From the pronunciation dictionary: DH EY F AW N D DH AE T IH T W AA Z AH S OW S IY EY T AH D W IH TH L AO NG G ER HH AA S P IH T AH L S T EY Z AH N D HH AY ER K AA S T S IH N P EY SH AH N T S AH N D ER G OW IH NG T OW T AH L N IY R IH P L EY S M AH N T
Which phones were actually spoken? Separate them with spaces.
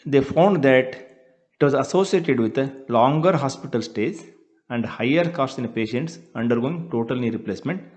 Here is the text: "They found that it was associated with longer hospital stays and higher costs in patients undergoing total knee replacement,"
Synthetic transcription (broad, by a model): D EY F AW N D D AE T IH T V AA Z AH S OW S IY EY T AH D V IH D L AO NG G ER HH AA S P IH T AH L S T EY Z AH N D HH AY ER K AA S T S IH N P EY SH AH N T S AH N D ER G OW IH NG T OW T AH L N IY R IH P L EY S M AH N T